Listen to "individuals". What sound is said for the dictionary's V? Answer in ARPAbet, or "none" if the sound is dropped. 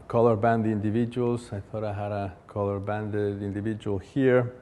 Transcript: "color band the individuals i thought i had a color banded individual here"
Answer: V